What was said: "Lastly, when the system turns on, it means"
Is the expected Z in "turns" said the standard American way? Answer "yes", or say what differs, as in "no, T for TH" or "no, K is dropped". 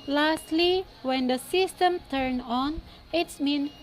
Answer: no, Z is dropped